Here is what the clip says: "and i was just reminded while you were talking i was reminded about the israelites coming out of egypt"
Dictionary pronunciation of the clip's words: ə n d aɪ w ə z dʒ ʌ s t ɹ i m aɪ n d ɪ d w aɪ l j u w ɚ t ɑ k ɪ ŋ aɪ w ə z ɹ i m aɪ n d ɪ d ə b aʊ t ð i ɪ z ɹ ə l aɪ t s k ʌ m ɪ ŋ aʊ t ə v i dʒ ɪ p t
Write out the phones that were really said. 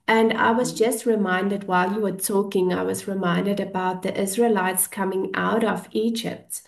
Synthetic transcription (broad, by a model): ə n d aɪ w ə z dʒ ʌ s t ɹ i m aɪ n d ɪ d w aɪ l j u w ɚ t ɑ k ɪ ŋ aɪ w ə z ɹ i m aɪ n d ɪ d ə b aʊ t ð i ɪ z ɹ ə l aɪ t s k ʌ m ɪ ŋ aʊ t ə v i dʒ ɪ p t